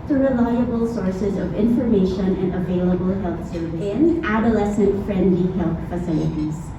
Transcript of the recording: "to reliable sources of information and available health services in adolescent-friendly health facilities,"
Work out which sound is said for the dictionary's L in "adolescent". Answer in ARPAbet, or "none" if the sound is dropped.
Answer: L